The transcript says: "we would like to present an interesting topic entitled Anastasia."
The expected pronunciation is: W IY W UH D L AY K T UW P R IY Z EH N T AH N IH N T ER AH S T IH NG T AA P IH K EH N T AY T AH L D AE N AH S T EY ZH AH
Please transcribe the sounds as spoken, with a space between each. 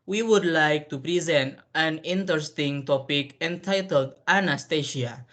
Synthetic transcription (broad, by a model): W IY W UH D L AY K T UW P R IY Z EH N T AH N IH N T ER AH S T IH NG T AA P IH K EH N T AY T AH L D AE N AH S T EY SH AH